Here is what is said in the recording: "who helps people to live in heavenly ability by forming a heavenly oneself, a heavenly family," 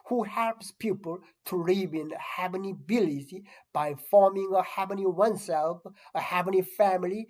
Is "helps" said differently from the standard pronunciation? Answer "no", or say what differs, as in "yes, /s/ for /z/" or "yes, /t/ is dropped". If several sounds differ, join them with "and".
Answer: no